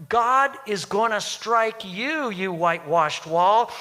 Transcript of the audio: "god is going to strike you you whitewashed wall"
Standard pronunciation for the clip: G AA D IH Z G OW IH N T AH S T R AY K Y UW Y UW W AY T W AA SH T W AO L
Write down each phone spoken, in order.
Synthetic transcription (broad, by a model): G AA D IH Z G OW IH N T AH S T R AY K Y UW Y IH W AY T W AA SH T W AO L